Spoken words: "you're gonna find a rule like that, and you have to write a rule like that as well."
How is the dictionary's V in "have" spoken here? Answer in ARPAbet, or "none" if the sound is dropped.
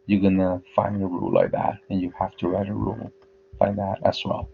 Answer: F